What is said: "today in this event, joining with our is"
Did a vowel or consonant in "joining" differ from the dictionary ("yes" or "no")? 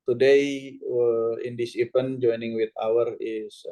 no